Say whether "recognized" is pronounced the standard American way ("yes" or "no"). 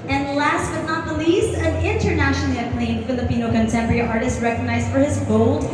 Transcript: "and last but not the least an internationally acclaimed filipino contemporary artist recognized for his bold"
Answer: yes